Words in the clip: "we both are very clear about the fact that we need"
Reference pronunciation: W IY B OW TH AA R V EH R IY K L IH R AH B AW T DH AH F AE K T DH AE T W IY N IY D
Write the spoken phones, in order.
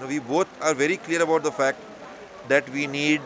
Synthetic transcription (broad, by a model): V IY B OW T AA R V EH R IY K L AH R AH B AW T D AH F AE K T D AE T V IY N IY D